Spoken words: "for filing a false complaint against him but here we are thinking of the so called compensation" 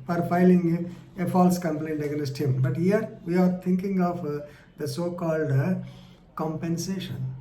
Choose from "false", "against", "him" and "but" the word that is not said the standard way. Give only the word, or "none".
against